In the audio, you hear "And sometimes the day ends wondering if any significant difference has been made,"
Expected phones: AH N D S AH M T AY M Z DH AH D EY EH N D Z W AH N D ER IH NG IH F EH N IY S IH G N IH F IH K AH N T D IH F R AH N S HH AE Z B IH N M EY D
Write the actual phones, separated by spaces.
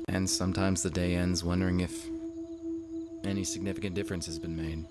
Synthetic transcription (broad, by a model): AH N S AH M T AY M Z DH AH D EY EH N D Z W AH N D ER IH NG IH F EH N IY S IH G N IH F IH K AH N D IH F R AH N S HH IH Z B IH N M EY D